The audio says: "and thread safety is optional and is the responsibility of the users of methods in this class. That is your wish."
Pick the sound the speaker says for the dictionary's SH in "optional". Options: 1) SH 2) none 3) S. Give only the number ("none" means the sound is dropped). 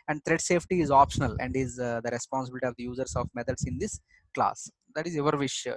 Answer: 1